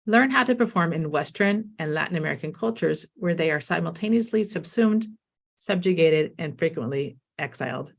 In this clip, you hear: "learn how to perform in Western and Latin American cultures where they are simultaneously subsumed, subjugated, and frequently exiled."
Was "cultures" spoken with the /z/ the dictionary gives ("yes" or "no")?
yes